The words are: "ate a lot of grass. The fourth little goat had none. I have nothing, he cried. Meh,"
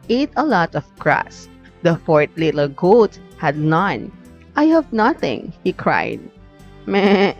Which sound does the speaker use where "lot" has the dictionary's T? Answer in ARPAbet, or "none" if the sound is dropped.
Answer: T